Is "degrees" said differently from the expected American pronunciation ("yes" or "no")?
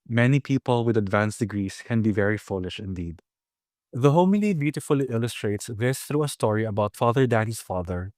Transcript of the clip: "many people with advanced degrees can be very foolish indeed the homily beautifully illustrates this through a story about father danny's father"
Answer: yes